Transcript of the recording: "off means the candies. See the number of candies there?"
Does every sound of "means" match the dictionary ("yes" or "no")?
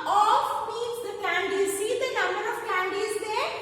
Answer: no